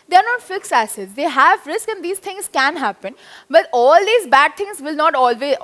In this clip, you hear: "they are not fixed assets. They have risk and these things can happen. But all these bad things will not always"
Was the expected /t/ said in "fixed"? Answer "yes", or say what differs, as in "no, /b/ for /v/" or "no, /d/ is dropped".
no, /t/ is dropped